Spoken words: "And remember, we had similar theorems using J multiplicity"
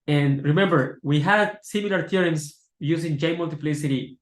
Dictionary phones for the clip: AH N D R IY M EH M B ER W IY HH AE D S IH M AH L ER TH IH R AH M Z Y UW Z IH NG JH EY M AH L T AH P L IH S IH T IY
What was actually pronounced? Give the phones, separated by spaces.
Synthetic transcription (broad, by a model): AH N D R IY M EH M B ER W IY HH AE D S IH M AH L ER T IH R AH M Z Y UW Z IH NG JH EY M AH L T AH P L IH S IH T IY